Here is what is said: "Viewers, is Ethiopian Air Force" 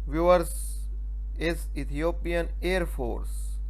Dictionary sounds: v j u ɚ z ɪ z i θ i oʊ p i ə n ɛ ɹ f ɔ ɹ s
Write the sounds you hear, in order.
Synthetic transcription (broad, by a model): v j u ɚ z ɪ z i t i oʊ p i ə n ɛ ɹ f ɔ ɹ s